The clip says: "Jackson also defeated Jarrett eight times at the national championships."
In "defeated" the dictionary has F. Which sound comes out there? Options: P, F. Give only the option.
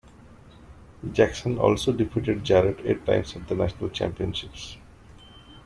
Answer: P